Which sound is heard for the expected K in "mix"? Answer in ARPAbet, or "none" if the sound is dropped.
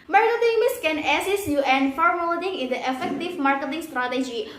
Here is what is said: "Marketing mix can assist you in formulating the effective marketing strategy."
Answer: none